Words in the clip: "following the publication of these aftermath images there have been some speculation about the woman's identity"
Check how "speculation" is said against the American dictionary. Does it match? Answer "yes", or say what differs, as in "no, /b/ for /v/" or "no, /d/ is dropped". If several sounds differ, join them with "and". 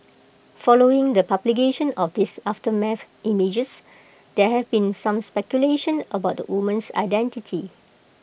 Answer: yes